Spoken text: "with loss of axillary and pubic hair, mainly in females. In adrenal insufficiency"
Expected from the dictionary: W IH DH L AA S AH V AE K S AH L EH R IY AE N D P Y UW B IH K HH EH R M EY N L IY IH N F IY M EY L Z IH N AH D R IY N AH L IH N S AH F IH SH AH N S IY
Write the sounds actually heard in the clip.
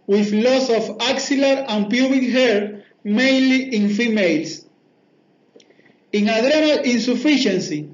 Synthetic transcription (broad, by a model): W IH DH L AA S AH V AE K S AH L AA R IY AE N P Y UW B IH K HH EH R M EY N L IY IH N F IY M EY L S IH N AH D R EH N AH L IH N S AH F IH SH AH N S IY